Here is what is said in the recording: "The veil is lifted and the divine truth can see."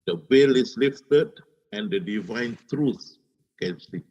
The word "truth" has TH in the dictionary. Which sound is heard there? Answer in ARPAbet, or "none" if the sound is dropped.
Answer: S